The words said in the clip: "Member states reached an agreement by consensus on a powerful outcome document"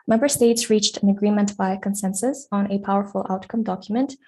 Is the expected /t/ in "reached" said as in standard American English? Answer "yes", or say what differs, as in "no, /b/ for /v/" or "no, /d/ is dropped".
yes